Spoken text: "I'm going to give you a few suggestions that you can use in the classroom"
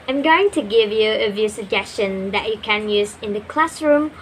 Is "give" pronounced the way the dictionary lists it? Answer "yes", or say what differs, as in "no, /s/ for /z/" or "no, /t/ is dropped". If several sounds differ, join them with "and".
yes